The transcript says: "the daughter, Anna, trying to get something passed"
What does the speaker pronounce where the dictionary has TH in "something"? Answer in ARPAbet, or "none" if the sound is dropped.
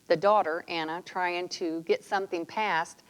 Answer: TH